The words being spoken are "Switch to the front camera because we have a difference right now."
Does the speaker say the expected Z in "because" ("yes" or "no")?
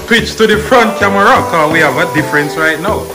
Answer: no